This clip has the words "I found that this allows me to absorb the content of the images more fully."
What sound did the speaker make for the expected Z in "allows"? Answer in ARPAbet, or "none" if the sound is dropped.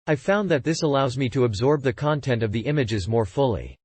Z